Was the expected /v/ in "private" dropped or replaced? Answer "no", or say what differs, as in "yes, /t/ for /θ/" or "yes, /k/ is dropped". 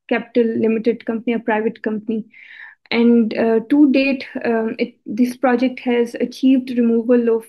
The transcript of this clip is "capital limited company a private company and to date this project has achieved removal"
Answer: no